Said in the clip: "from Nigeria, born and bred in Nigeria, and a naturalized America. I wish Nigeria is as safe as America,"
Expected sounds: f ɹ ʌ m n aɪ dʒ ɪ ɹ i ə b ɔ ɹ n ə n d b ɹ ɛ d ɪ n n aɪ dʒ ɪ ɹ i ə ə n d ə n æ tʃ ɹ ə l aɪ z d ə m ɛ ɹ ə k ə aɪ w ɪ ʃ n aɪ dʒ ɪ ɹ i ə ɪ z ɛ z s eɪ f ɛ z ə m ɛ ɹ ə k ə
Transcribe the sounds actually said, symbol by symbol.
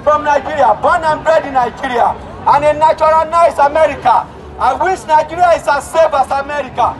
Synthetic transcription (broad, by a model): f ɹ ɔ m n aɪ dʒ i ɹ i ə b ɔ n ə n b ɹ ɛ d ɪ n n aɪ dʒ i ɹ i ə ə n ə n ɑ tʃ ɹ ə n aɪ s ə m ɛ ɹ ə k ə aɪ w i s n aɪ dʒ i ɹ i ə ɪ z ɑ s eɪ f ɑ s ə m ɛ ɹ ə k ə